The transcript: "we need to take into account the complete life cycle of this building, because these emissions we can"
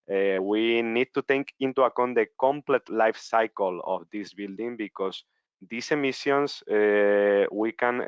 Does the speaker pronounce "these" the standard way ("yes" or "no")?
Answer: no